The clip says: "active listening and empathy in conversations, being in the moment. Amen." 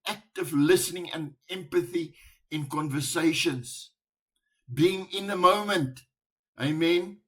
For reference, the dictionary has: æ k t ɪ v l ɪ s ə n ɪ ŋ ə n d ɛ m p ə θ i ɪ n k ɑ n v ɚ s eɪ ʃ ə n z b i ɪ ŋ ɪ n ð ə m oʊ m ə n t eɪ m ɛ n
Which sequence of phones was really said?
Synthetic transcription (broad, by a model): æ k t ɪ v l ɪ s ə n ɪ ŋ ə n d ɛ m p ə θ i ɪ n k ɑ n v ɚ s eɪ ʃ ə n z b i ɪ ŋ ɪ n ð ə m oʊ m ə n t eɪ m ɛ n